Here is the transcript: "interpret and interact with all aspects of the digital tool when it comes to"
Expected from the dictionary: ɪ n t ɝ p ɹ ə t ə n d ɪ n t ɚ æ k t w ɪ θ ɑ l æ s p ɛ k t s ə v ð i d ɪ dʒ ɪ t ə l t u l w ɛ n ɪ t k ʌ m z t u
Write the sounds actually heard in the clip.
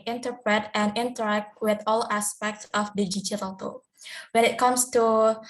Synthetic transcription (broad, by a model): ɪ n t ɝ p ɹ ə t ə n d ɪ n t ɚ æ k t w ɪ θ ɑ l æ s p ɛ k t s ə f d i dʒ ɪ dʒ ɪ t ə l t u w ɛ n ɪ t k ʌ m s t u